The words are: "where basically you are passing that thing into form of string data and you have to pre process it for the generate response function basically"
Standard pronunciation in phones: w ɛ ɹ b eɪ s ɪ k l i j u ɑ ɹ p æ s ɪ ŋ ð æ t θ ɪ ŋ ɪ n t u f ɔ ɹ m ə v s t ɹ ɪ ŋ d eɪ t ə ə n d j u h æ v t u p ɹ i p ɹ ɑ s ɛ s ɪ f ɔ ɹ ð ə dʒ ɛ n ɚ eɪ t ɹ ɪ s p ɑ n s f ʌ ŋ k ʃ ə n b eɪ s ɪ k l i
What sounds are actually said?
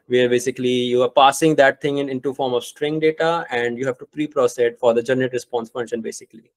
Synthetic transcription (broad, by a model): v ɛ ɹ b eɪ s ɪ k l i j u ɑ ɹ p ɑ s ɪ ŋ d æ t t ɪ ŋ ɪ n t u f ɔ ɹ m ə v s t ɹ ɪ ŋ d eɪ t ə ə n d j u h æ v t u p ɹ i p ɹ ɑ s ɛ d f ɔ ɹ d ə dʒ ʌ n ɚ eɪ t ɹ ɪ s p ɑ n s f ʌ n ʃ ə n b eɪ s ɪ k l i